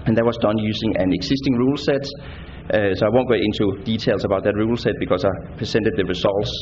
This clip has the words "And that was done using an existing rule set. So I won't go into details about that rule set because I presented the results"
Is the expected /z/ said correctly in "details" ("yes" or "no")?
no